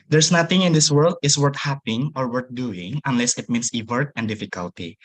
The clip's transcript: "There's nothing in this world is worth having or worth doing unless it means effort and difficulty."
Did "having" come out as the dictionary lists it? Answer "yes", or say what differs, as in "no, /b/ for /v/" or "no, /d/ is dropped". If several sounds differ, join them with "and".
no, /p/ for /v/